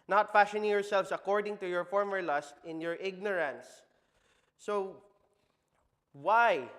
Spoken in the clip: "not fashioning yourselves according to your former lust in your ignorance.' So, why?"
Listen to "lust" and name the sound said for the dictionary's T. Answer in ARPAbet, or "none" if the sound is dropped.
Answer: T